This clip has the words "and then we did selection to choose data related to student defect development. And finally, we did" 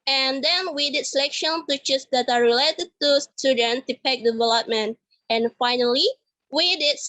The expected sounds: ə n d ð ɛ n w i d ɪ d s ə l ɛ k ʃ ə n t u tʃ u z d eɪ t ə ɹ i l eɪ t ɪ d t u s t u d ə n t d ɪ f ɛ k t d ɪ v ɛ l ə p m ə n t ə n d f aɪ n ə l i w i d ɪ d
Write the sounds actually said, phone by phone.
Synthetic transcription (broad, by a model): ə n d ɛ n w i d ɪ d s ə l ɛ k ʃ ə n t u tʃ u s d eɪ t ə ɹ i l eɪ t ɪ d t u s t u d ə n t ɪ p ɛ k d ɪ v ɛ l ə p m ə n t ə n f aɪ n ə l i w i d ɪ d